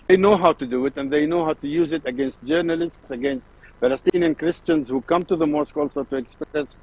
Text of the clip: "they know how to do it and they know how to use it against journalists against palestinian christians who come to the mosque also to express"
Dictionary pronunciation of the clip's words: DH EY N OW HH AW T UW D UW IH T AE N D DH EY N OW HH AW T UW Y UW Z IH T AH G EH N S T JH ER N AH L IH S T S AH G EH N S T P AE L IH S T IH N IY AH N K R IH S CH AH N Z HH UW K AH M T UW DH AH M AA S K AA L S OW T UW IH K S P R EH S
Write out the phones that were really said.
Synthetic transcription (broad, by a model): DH EY N OW HH AW T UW D UW IH T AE N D DH EY N OW HH AW T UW Y UW Z IH T AH G EH N S T JH ER N AH L IH S T S AH G EH N S T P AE L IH S T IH N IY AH N K R IH S CH AH N Z HH UW K AH M T UW DH AH M AA S K AA L S OW T UW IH K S P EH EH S